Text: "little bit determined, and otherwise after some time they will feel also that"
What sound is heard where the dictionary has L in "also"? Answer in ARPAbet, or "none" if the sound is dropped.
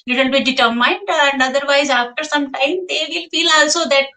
L